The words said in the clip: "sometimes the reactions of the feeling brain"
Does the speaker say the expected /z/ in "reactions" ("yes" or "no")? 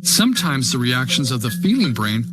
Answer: yes